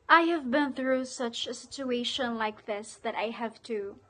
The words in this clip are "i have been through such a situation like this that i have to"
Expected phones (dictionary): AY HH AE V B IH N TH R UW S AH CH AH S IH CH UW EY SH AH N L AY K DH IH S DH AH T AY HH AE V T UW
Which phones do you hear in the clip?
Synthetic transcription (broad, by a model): AY HH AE V B IH N TH R UW S AH CH AH S IH CH UW EY SH AH N L AY K DH IH S DH AH T AY HH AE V T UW